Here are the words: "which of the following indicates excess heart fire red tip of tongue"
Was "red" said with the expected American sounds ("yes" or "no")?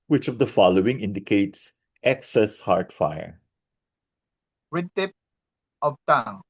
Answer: no